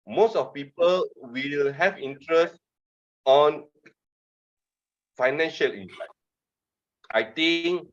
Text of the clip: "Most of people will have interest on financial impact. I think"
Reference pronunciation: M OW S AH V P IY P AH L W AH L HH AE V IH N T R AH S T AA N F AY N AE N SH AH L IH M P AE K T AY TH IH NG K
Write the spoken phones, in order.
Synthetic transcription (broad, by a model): M OW S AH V P IY P AH L W AH L HH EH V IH N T R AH S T AA N F AY N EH N SH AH L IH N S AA T AY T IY NG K